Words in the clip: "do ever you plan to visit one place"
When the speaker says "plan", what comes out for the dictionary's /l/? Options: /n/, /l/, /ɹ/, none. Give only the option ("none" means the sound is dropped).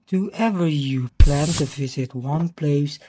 /l/